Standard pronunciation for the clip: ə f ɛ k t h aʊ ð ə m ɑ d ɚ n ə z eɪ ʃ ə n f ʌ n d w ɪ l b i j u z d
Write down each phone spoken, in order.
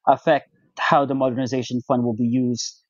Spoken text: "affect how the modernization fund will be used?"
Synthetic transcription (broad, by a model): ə f ɛ k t h aʊ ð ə m ɑ d ɚ n ə z eɪ ʃ ə n f ʌ n d w ɪ l b i j u z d